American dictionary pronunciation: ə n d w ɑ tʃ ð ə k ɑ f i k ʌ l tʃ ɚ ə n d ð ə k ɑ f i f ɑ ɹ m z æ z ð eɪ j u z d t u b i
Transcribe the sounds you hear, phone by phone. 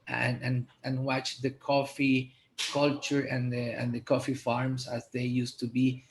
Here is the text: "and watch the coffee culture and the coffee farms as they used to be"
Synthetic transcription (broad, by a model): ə n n w ɑ tʃ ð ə k ɑ f i k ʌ l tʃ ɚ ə n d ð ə k ɑ f i f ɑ ɹ m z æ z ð eɪ j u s t u b i